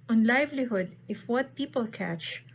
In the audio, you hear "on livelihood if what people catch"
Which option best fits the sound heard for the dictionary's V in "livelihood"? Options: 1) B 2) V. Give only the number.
2